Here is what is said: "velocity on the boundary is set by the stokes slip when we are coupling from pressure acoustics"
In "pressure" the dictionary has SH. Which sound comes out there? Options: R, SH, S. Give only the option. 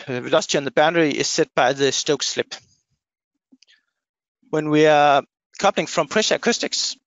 SH